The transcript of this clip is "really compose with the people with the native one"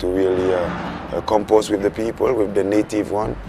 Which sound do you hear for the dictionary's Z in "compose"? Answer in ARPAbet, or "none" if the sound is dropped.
S